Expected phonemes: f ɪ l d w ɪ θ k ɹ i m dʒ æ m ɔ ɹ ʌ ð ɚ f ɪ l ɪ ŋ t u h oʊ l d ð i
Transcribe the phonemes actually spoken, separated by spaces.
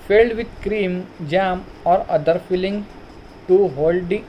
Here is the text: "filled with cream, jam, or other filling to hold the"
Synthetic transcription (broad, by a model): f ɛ l d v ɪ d k ɹ i m dʒ æ m ɔ ɹ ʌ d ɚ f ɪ l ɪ ŋ t u h oʊ l d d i